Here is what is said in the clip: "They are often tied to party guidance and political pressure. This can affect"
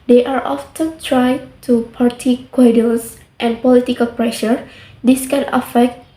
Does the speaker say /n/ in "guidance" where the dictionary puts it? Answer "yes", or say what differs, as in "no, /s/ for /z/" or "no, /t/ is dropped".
no, /l/ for /n/